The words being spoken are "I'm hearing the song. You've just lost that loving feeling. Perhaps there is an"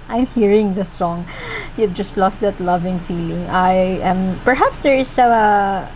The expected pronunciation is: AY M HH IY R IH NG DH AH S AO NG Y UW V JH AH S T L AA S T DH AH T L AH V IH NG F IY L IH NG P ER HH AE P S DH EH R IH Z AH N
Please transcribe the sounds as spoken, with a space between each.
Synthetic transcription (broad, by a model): AY M HH IY R IH NG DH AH S AO NG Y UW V JH AH S T L AA S T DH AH T L AH V IH NG F IY L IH NG P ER HH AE P S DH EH R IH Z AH